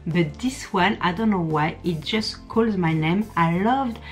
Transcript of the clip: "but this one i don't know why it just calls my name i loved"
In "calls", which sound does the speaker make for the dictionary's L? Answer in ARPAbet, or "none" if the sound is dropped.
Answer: L